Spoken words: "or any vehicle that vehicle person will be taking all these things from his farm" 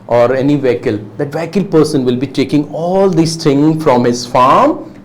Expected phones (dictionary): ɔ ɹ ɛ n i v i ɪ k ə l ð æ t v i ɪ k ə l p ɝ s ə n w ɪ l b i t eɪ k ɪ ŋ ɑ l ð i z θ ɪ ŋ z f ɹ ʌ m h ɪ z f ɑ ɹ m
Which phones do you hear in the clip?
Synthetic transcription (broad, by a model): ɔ ɹ ɛ n i v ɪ k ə l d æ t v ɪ k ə l p ɝ s ə n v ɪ l b i t eɪ k ɪ ŋ ɑ l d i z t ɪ ŋ f ɹ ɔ m h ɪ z f ɑ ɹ m